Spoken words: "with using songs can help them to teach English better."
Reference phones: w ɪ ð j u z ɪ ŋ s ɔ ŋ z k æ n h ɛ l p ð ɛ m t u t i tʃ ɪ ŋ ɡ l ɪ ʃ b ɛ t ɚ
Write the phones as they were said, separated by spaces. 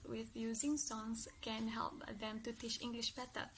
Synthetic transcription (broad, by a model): w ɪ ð j u z ɪ ŋ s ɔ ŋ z k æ n h ɛ l p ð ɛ m t u t i tʃ ɪ ŋ ɡ l ɪ ʃ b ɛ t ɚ